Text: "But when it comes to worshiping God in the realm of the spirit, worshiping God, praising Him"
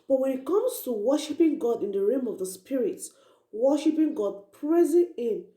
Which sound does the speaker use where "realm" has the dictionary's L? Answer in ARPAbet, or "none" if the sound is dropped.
none